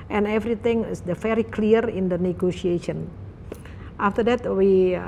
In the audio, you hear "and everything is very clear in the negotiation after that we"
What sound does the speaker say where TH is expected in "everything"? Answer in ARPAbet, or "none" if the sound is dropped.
T